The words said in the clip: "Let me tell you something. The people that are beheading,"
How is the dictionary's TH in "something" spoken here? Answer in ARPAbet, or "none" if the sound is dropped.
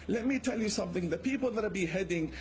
TH